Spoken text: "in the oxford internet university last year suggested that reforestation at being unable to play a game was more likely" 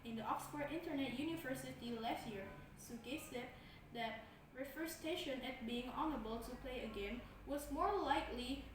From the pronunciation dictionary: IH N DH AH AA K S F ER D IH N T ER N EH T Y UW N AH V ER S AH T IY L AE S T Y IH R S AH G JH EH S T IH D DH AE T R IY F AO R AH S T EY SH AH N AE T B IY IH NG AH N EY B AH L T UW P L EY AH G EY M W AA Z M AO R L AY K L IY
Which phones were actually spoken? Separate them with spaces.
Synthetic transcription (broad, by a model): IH N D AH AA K S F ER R IH N T ER N EH T Y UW N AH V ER S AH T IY L AE S T Y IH R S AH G EH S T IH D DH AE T R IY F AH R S T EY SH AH N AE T B IY IH NG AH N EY B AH L T UW P L EY AH G EY M W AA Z M AO R L AY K L IY